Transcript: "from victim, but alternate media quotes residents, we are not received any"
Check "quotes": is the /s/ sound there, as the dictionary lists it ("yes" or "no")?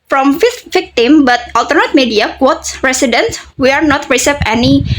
yes